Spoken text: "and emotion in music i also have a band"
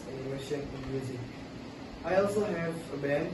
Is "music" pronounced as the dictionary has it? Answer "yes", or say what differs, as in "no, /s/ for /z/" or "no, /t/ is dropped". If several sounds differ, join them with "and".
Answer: no, /k/ is dropped